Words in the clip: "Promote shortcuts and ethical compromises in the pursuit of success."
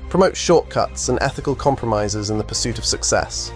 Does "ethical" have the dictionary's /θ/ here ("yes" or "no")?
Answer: yes